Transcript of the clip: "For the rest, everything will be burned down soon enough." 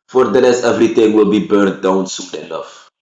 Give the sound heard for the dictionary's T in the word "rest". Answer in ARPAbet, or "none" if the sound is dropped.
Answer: none